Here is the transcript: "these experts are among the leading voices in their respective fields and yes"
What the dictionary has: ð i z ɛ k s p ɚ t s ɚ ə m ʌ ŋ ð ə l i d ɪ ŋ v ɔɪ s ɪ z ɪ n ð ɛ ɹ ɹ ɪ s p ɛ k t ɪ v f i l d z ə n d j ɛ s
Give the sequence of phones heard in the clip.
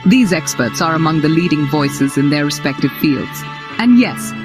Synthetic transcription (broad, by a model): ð i z ɛ k s p ɚ t s ɚ ə m ʌ ŋ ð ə l i d ɪ ŋ v ɔɪ s ɪ z ɪ n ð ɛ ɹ ɹ ɪ s p ɛ k t ɪ v f i l d z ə n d j ɛ s